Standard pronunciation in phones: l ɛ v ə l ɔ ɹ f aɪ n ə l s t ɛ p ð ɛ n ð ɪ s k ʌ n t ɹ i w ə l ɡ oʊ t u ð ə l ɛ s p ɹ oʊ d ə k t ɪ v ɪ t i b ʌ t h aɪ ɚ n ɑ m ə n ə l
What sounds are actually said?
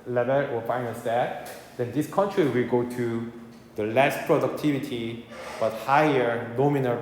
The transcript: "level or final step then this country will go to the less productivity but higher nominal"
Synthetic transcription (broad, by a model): l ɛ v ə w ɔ l f aɪ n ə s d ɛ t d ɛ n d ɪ s k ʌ n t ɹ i w ə l ɡ oʊ t u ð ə l ɛ s p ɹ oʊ d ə k t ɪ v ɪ t i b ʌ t h aɪ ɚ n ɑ m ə n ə